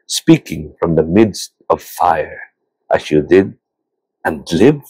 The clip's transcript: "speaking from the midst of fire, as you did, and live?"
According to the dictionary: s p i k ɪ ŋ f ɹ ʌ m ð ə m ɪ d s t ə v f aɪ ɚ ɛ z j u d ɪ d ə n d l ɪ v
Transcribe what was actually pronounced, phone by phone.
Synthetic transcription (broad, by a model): s p i k ɪ ŋ f ɹ ʌ m ð ə m ɪ d s t ə v f aɪ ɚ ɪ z j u d ɪ d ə n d l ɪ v